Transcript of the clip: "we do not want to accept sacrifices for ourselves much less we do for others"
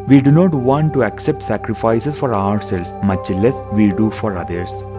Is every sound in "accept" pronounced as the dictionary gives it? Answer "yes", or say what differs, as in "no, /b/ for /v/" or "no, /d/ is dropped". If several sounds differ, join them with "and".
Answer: yes